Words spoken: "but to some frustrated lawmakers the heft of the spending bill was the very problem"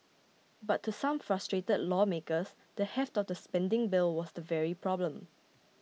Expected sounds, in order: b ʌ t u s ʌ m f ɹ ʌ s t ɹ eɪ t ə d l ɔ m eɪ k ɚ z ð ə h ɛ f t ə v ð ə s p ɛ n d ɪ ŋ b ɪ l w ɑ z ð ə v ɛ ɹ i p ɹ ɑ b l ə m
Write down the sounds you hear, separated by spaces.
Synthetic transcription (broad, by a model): b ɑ t u s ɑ m f ɹ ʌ s t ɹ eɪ t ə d l ɔ m eɪ k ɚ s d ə h ɛ f t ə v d ə s p ɛ n d ɪ ŋ b ɪ l w ɑ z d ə v ɛ ɹ i p ɹ ɑ b l ə m